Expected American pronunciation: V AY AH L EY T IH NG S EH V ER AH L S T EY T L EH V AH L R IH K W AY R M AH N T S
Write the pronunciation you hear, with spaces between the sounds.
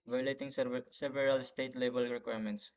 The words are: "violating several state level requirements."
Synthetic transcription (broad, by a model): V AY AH L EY T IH NG S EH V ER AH L S T EY T L EH B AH L R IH K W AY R M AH N T S